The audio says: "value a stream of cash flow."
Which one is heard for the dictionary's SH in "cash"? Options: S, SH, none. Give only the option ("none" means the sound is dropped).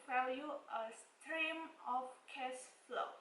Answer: S